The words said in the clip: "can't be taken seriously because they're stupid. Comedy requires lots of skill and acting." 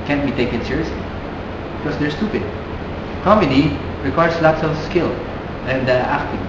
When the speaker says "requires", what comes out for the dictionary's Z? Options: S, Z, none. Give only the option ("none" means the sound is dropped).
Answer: S